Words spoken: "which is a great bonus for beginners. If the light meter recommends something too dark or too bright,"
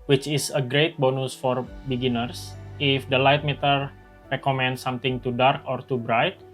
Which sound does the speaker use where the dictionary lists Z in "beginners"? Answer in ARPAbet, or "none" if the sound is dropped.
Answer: S